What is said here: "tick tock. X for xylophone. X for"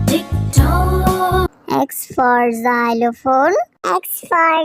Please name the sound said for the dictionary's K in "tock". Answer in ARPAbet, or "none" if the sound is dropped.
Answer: none